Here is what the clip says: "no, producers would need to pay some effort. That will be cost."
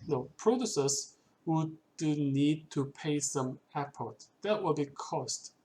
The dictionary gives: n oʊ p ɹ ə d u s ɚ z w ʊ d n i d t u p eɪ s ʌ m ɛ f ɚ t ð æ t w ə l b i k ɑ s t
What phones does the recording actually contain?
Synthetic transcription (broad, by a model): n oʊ p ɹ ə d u s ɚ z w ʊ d n i d t u p eɪ s ʌ m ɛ p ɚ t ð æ t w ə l b i k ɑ s t